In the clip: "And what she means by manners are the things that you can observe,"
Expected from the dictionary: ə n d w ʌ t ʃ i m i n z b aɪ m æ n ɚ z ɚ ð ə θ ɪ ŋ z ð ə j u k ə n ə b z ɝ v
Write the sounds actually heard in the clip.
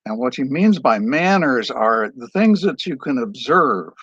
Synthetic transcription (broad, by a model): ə n w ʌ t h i m i n z b aɪ m æ n ɚ z ɚ ð ə θ ɪ ŋ z ð ə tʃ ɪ k ə n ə b z ɝ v